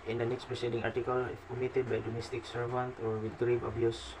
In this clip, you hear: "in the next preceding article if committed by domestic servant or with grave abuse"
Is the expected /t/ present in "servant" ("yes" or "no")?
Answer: yes